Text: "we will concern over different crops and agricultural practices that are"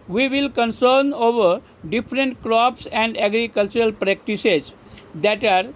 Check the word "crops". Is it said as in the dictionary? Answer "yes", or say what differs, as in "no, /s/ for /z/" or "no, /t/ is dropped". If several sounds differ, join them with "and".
yes